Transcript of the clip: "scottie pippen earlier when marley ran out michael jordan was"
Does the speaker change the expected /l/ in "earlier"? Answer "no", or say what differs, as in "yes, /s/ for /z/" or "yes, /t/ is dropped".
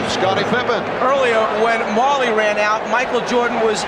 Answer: no